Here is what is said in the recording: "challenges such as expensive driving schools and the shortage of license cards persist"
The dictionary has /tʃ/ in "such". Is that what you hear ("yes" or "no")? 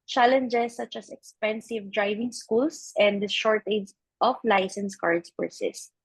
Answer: yes